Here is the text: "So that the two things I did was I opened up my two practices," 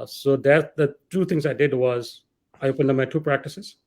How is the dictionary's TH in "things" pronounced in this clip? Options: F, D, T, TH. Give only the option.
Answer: T